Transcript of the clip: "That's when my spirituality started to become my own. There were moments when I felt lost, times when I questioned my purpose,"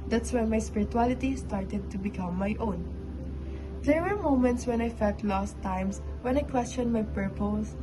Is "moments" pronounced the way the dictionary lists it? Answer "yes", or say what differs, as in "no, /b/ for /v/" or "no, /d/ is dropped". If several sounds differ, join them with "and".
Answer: yes